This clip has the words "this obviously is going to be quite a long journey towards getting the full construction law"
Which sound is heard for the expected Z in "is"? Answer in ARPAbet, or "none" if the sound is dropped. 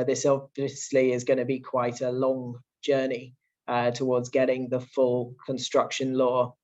Z